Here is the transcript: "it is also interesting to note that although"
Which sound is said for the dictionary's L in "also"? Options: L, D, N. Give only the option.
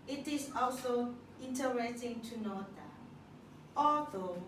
L